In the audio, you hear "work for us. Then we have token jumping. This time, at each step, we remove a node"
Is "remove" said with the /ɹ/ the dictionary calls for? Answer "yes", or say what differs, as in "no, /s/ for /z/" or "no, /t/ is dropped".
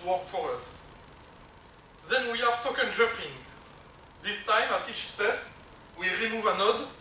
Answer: yes